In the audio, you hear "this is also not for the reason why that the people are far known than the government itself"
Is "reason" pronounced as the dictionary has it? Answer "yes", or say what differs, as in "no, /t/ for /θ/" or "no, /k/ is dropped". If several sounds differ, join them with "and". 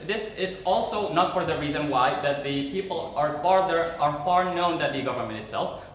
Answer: yes